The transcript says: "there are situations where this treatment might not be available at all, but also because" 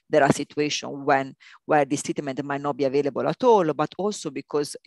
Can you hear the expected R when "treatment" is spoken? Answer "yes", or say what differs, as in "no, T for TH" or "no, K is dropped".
no, R is dropped